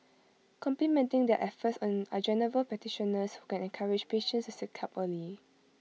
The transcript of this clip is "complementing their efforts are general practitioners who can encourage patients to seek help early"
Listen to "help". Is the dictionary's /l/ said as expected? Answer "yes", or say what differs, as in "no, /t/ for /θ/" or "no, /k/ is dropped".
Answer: no, /l/ is dropped